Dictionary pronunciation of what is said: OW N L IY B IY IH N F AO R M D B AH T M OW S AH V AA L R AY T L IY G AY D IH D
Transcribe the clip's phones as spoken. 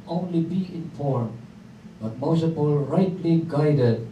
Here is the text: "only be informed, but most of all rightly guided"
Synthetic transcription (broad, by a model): OW N L IY B IY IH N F AO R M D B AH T M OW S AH P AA L R AY T L IY G AY D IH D